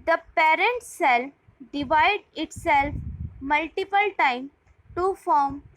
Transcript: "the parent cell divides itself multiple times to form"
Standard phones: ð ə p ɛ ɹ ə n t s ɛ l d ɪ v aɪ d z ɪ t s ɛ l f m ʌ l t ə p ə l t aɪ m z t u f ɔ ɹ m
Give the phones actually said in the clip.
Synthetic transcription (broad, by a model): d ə p ɛ ɹ ə n t s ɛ l d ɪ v aɪ d ɪ t s ɛ l f m ʌ l t ə p ə l t aɪ m t u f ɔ ɹ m